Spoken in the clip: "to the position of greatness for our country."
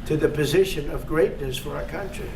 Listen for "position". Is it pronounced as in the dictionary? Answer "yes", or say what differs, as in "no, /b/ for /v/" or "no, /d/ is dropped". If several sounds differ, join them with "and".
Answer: yes